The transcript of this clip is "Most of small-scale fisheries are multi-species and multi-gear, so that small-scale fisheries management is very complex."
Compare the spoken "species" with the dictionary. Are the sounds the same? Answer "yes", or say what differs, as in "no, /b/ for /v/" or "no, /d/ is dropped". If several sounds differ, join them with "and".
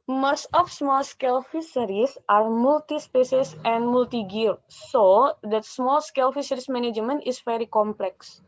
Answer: no, /s/ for /ʃ/ and /s/ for /z/